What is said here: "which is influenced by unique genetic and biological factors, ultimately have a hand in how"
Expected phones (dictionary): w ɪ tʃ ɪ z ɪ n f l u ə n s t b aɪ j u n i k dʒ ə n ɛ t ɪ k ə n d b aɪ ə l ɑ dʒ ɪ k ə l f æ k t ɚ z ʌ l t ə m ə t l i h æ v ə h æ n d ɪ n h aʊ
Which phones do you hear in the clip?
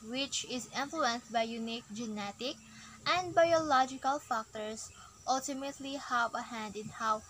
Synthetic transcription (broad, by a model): w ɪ tʃ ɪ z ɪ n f l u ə n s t b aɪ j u n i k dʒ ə n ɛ t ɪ k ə n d b aɪ ə l ɑ dʒ ɪ k ə l f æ k t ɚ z ʌ l t ə m ə t l i h æ v ə h æ n d ɪ n h aʊ